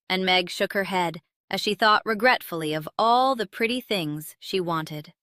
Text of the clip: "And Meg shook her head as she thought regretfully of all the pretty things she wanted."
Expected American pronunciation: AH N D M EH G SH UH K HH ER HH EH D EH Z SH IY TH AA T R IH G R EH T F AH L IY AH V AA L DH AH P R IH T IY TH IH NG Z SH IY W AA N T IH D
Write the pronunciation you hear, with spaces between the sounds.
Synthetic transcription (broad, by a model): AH N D M EH G SH UH K HH ER HH EH D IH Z SH IY TH AA T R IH G R EH T F L IY AH V AA L DH AH P R IH T IY TH IH NG Z SH IY W AA N T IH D